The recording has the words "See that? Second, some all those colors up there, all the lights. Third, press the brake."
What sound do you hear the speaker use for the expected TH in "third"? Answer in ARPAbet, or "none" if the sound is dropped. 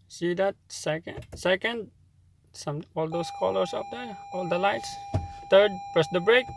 T